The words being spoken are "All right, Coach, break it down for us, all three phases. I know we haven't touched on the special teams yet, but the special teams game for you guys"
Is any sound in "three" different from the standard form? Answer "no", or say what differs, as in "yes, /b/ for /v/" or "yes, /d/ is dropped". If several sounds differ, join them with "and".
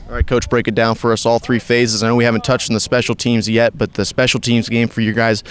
no